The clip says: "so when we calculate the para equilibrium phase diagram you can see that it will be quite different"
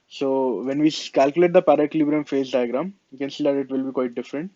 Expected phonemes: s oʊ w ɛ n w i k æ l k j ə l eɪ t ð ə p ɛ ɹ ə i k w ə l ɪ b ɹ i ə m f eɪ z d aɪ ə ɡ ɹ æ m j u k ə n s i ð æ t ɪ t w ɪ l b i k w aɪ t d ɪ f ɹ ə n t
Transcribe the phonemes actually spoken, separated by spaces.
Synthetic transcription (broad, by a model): s oʊ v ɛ n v i k æ l k j ə l eɪ t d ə p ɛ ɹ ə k l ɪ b ɹ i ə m f eɪ z d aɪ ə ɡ ɹ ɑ m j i k ə n s i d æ t ɪ t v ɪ l b i k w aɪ t d ɪ f ɹ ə n t